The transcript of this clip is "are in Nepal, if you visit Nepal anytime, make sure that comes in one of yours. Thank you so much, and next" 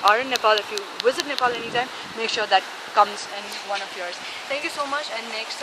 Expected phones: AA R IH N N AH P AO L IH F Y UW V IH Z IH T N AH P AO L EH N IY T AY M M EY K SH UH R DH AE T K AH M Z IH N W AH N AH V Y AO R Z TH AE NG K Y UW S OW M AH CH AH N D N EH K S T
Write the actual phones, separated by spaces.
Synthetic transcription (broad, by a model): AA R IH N N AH P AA L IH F Y UW V IH Z IH T N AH P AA L EH N IY T AY M M EY K SH UH R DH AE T K AH M Z IH N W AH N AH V Y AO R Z T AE NG K Y UW S OW M AH CH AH N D N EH K S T